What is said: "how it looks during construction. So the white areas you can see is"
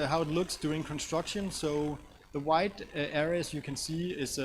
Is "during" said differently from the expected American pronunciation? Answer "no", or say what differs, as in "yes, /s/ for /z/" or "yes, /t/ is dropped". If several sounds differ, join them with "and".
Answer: yes, /ɹ/ is dropped